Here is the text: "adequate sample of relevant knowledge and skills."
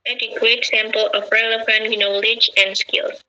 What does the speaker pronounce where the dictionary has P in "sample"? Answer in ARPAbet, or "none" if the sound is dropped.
P